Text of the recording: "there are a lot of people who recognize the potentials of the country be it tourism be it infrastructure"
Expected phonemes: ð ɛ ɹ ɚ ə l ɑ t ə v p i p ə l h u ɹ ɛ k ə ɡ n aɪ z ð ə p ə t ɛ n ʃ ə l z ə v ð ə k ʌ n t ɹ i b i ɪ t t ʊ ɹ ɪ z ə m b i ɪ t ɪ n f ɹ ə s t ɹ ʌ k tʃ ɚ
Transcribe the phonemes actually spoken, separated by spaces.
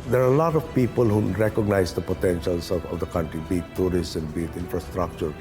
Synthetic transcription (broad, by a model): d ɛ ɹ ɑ ə l ɑ t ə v p i p ə l h u ɹ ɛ k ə ɡ n aɪ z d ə p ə t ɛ n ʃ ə l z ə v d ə k ʌ n t ɹ i b i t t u ɹ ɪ s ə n b i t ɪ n f ɹ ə s t ɹ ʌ k tʃ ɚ